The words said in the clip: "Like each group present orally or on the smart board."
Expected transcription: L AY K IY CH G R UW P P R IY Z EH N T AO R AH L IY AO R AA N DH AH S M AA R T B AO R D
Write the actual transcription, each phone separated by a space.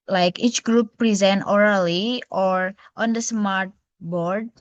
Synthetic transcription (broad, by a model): L AY K IY CH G R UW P P R IY Z EH N T AO R AH L IY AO R AA N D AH S M AA R T B AO R D